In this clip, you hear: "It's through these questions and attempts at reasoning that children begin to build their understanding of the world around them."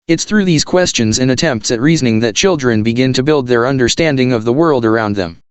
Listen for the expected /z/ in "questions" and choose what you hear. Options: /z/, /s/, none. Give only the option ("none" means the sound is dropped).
/z/